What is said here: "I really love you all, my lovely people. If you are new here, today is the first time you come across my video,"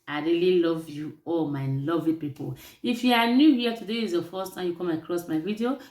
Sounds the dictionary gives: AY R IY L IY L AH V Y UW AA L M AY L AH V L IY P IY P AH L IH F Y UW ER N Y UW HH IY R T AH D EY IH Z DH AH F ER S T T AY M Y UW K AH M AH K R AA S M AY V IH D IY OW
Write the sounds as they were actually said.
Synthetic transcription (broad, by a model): AY R IY L IY L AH V Y UW AA L M AY L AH V L IY P IY P AH L IH F Y UW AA N Y UW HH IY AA T AH D EY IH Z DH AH F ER S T T AY M Y UW K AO M AH K R AA S M AY V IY D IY OW